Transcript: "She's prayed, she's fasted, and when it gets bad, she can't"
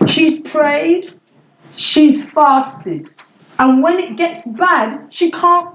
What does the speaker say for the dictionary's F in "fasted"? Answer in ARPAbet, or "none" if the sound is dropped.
F